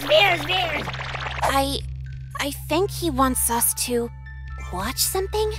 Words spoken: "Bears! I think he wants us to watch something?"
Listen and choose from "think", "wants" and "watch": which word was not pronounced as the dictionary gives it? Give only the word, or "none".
none